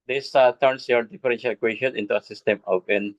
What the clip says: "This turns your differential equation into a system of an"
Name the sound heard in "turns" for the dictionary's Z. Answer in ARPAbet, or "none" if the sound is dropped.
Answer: S